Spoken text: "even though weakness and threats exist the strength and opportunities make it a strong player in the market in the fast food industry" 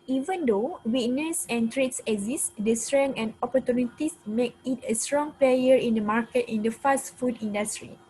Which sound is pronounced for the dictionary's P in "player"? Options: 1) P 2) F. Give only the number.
1